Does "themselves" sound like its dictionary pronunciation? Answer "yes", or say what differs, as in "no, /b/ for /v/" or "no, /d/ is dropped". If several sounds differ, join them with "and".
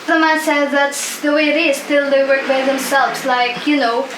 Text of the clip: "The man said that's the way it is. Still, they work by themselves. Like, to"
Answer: yes